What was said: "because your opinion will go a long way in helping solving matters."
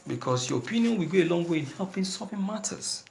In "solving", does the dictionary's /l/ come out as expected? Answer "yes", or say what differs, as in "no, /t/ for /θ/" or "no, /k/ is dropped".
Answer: no, /l/ is dropped